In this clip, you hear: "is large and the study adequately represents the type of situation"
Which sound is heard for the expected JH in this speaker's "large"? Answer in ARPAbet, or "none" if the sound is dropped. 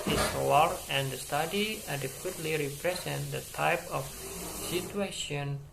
none